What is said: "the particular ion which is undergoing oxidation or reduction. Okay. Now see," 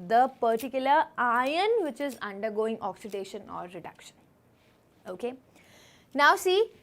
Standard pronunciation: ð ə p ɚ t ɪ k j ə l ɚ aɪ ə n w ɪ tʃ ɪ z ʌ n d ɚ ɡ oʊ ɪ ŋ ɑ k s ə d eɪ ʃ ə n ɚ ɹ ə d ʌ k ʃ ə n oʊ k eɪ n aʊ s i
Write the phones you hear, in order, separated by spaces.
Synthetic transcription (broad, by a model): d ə p ɚ t ɪ k j ə l ɚ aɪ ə n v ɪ tʃ ɪ z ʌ n d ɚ ɡ oʊ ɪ ŋ ɑ k s ə d eɪ ʃ ə n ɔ ɹ ə d ʌ k ʃ ə n oʊ k eɪ n aʊ s i